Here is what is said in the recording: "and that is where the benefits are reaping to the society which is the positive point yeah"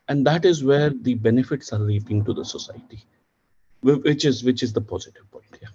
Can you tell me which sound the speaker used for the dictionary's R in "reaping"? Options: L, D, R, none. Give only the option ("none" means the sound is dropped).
L